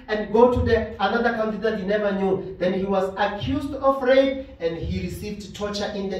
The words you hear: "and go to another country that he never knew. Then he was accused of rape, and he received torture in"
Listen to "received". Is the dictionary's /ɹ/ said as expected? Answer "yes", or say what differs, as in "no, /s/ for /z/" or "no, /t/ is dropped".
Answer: yes